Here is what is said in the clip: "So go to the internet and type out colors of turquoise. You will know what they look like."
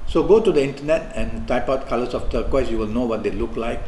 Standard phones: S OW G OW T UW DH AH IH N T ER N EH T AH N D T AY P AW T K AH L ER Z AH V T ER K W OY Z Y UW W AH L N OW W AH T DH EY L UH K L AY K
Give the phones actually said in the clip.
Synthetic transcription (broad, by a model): S OW G OW T UW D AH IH N T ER N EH T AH N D T AY P AW T K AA L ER S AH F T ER K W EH S Y UW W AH L N OW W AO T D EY L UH K L AY K